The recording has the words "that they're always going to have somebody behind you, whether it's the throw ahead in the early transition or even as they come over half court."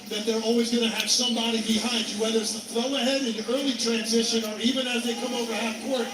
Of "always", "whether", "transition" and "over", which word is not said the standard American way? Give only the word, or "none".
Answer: none